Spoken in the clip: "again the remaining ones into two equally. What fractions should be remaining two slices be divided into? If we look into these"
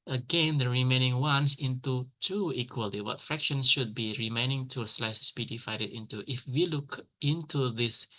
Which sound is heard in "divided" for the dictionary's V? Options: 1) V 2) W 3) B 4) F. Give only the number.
4